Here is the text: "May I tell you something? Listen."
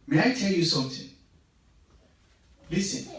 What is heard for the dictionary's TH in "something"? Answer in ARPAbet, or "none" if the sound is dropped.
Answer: T